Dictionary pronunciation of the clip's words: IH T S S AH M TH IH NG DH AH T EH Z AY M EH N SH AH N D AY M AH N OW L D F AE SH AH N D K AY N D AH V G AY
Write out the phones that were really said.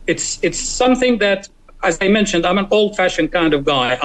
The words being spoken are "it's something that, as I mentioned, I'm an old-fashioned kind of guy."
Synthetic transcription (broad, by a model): IH T S S AH M TH IH NG DH AH T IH Z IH M EH N SH AH N D AY M AH N OW L D F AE SH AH N K AY N D AH V G AY